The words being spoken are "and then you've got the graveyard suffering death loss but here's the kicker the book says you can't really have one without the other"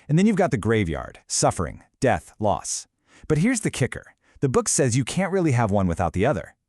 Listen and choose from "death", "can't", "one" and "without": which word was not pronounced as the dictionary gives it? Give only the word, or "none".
none